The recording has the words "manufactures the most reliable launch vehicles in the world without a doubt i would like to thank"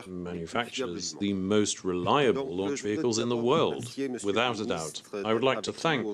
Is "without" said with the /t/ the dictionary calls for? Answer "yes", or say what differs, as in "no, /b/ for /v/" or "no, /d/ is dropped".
yes